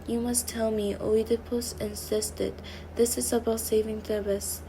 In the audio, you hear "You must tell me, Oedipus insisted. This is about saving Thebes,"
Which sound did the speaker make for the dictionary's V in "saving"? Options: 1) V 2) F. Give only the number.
1